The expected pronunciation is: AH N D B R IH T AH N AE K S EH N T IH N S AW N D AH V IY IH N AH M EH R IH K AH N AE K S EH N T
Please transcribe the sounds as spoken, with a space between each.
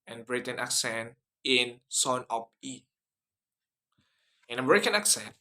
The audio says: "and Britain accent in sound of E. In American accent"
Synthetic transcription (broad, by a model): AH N B R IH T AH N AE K S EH N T IH N S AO N AH P IY IH N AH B R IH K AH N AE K S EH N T